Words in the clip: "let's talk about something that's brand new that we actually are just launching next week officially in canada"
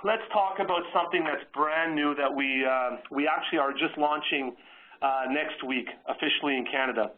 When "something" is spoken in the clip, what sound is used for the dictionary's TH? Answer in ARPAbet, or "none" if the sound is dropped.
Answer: TH